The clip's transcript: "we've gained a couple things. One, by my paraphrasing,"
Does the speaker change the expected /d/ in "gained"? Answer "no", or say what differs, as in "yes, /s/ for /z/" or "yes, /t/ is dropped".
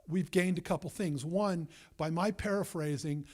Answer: no